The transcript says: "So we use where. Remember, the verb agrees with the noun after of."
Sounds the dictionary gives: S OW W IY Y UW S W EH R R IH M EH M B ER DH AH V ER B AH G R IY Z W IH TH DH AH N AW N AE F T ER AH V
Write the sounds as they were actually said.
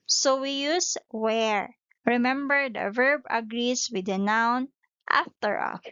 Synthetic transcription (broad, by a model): S OW W IY Y UW S W EH R R IH M EH M B ER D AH V ER B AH G R IY S W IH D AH N AW N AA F T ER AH